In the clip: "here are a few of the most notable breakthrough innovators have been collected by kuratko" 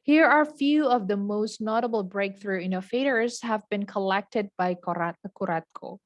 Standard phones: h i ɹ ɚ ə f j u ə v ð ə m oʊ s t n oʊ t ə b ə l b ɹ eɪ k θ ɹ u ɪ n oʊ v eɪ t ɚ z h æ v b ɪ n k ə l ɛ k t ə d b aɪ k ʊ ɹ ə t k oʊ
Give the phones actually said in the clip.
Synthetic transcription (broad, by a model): h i ɹ ɚ f j u ə v ð ə m oʊ s t n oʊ t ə b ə l b ɹ eɪ k θ ɹ u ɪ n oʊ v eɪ t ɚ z h æ v b ɪ n k ə l ɛ k t ə d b aɪ k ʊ ɹ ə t k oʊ